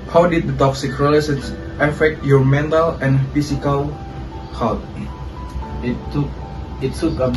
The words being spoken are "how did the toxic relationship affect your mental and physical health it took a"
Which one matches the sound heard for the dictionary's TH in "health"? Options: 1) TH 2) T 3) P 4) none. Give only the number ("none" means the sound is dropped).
2